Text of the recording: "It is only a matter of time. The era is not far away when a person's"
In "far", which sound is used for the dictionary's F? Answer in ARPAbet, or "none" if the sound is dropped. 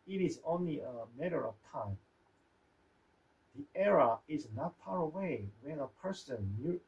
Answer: P